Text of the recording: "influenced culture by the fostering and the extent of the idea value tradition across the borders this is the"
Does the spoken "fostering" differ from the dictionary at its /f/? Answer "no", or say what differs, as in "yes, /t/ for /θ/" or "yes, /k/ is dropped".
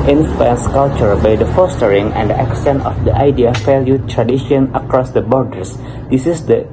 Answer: no